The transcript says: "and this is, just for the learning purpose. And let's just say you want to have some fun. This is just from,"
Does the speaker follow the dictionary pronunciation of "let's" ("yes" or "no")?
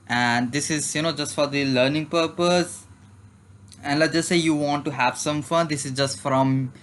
no